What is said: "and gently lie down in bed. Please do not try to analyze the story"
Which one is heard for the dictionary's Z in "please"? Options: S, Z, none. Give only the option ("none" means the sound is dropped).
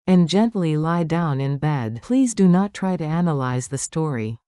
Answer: Z